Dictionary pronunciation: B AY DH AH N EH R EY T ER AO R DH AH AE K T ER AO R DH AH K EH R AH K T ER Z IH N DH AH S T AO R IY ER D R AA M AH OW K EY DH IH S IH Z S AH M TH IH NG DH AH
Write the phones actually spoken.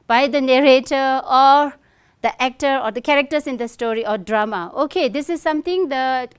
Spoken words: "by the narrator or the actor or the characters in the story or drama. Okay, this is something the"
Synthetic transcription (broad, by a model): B AY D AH N EH R EY T ER AO R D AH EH K T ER AO R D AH K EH R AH K T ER S IH N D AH S T AO R IY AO D R AA M AH OW K EY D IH S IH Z S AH M T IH NG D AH